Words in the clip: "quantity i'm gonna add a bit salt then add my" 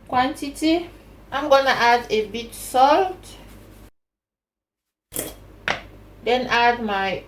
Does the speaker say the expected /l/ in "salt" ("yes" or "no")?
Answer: yes